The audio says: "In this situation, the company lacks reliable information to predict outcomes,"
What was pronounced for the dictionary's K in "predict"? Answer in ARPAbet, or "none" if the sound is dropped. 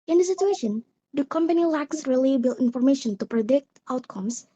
K